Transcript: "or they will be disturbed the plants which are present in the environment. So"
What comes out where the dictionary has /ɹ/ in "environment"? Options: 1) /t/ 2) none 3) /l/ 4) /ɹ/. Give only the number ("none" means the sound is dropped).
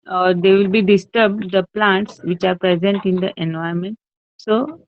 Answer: 2